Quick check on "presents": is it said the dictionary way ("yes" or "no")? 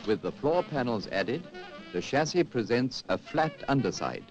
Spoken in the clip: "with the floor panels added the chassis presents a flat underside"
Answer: yes